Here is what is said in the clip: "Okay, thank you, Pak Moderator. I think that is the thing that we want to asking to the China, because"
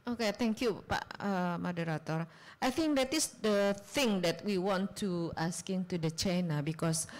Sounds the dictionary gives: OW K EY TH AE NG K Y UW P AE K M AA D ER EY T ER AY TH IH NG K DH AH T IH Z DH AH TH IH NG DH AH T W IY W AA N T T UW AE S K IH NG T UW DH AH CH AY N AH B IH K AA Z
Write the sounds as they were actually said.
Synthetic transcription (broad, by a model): OW K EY T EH NG K Y UW P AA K M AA D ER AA T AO AY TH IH NG K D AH T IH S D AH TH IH NG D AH T W IY W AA N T T UW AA S K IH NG T UW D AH CH AY N AH B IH K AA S